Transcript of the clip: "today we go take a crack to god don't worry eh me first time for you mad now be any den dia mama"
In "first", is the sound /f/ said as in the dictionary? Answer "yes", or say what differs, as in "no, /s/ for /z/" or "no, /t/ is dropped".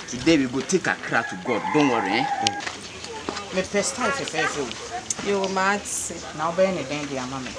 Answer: no, /p/ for /f/